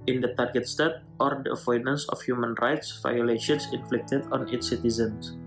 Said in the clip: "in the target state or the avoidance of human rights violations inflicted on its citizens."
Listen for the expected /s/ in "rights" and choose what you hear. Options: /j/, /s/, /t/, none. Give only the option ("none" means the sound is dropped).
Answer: /s/